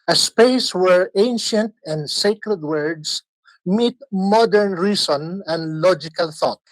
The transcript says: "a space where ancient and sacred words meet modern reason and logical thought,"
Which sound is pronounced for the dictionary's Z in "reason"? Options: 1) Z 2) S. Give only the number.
2